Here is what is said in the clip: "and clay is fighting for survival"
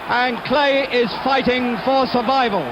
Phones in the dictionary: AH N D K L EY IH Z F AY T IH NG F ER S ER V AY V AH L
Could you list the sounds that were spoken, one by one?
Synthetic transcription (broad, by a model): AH N K L EY IH Z F AY T IH NG F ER S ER V AY V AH L